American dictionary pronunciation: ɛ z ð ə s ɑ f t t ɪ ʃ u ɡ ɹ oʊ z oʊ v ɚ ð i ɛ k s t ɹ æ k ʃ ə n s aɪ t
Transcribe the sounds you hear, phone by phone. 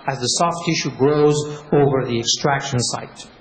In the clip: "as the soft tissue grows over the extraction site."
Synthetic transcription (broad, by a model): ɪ z ð ə s ɑ f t t ɪ ʃ u ɡ ɹ oʊ z oʊ v ɚ ð i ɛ k s t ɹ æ k ʃ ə n s aɪ t